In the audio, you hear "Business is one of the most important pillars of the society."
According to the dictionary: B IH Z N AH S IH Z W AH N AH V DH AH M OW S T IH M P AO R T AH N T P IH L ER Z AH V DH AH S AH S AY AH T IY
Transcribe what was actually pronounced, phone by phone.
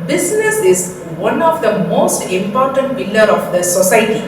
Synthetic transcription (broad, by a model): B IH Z N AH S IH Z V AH N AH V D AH M OW S T IH M P AO R T AH N T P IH L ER AH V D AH S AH S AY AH T IY